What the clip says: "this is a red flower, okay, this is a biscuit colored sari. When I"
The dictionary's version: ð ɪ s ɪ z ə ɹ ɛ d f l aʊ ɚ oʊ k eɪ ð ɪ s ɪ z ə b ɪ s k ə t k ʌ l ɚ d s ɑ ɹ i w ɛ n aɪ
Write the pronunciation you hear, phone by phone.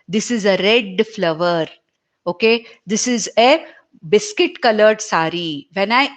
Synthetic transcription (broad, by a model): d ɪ s ɪ z ə ɹ ɛ d f l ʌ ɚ oʊ k eɪ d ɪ s ɪ z ə b ɪ s k ə t k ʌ l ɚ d s ɑ ɹ i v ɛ n aɪ